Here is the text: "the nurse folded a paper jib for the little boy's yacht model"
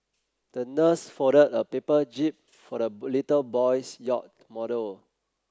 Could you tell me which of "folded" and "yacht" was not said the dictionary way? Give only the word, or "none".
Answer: folded